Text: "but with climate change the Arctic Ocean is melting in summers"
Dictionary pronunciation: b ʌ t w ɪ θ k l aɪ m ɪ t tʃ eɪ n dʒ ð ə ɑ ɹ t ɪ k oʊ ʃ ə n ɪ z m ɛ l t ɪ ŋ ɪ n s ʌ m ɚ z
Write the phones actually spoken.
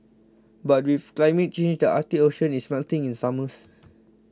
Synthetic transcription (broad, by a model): b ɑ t w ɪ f k l aɪ m ɪ t tʃ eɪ n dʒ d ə ɑ t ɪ oʊ ʃ ə n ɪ s m ɛ l t ɪ ŋ ɪ n s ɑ m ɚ s